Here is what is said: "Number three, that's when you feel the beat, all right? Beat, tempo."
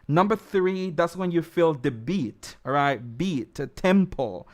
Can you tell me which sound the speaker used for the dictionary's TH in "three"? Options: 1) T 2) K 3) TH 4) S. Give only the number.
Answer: 3